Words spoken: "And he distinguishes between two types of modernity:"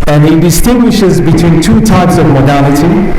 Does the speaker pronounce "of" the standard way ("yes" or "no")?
yes